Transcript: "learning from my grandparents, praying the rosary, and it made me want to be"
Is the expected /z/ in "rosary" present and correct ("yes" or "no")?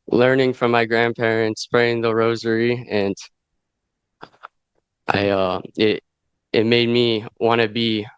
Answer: yes